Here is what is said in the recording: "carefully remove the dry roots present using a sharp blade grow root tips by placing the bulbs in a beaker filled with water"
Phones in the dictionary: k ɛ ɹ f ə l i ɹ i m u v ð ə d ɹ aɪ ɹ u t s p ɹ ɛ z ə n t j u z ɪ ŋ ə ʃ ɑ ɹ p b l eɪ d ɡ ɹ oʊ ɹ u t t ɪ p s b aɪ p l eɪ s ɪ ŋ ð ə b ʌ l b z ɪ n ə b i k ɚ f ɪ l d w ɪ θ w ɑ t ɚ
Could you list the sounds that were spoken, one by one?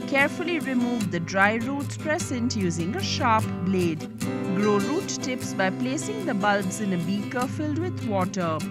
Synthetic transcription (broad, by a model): k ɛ ɹ f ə l i ɹ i m u v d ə d ɹ aɪ ɹ u t s p ɹ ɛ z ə n t j u z ɪ ŋ ə ʃ ɑ ɹ p b l eɪ d ɡ ɹ oʊ ɹ u t t ɪ p s b aɪ p l eɪ s ɪ ŋ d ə b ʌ l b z ɪ n ə b i k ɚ f ɪ l d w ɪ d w ɑ t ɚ